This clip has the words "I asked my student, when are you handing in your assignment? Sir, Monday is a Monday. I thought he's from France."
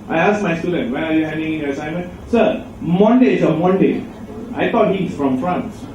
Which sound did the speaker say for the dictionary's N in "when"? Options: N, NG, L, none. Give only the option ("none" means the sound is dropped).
none